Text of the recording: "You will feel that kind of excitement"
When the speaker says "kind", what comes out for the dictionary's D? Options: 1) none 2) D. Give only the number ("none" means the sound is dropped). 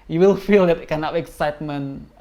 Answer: 1